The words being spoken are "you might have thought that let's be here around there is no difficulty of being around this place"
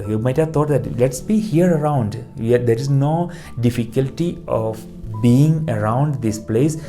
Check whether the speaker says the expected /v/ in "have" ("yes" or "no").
yes